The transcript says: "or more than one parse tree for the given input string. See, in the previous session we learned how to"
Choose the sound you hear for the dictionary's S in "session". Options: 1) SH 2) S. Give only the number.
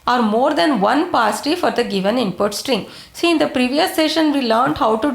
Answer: 2